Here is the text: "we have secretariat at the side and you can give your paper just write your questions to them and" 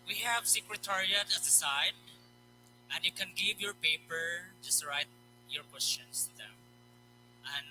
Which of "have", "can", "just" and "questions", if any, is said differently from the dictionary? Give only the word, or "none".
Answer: questions